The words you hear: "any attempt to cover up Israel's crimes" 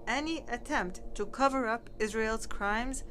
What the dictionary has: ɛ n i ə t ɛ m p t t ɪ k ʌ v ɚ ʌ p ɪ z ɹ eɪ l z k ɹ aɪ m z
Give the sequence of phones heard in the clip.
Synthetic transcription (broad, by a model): ɛ n i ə t ɛ m p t t ɪ k ʌ v ɚ ʌ p ɪ z ɹ eɪ l z k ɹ aɪ m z